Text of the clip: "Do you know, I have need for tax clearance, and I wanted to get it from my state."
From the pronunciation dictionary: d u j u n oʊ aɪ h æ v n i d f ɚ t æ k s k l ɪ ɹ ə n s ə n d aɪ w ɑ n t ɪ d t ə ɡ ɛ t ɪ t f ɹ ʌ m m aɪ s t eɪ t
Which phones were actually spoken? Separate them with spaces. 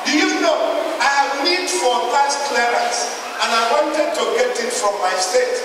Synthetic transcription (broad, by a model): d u j u n oʊ aɪ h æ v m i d f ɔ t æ s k l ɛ ɹ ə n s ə n aɪ w ɑ n t ɪ d t ə ɡ ɛ t ɪ t f ɹ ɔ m m aɪ s t eɪ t